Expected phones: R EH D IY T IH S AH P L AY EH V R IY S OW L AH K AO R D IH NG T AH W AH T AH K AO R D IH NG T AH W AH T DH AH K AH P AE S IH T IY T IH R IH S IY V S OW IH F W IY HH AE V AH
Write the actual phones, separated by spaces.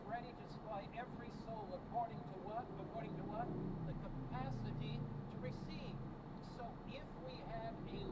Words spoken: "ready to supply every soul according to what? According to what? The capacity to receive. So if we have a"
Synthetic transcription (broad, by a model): R EH D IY T IH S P AY EH V R IY S OW L AH K AO R D IH NG T AH W AH T AH K AO R D IH NG T AH W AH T DH AH K AH P AE S IH T IY T IH R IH S IY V S OW IH F W IY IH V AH